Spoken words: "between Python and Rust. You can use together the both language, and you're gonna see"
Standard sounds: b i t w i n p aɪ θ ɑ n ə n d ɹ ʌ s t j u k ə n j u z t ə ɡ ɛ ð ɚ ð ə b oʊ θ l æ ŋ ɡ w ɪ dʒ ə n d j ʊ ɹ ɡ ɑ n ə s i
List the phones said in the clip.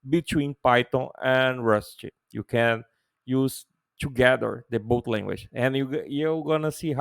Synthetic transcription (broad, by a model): b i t w i n p aɪ t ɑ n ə n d ɹ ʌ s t j u k ə n j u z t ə ɡ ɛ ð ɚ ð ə b oʊ t l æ ŋ ɡ w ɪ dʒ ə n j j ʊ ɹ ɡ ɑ n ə s i